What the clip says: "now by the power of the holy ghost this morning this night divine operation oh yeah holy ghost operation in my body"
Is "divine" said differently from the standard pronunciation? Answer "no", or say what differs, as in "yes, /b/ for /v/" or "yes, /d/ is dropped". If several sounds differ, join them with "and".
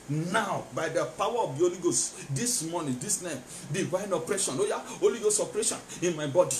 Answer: yes, /w/ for /v/